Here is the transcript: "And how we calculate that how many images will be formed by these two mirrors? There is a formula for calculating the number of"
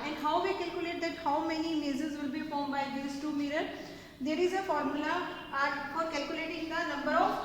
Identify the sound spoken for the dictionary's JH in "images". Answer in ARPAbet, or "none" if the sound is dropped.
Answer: Z